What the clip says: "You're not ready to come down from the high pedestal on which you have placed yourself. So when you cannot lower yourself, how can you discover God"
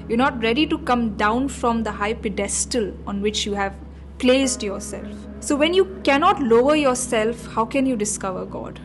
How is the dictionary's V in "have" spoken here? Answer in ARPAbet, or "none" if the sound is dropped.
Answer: V